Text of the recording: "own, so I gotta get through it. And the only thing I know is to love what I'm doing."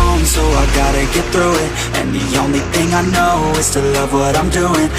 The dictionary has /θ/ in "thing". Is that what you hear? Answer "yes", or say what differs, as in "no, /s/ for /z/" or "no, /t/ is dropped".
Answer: yes